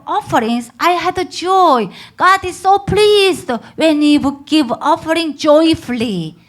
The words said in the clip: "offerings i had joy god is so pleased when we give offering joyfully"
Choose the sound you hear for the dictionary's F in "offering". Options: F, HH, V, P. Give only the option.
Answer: F